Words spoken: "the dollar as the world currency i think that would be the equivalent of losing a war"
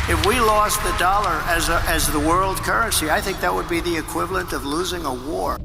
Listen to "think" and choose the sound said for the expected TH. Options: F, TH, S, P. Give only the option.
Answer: TH